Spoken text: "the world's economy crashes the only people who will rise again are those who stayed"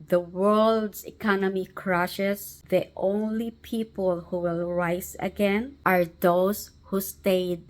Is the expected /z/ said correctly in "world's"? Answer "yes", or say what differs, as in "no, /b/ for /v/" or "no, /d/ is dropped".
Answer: no, /s/ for /z/